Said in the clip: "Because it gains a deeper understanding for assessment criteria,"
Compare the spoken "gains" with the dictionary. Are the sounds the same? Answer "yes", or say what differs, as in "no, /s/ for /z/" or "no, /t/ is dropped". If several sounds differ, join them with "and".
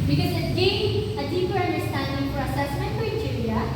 no, /z/ is dropped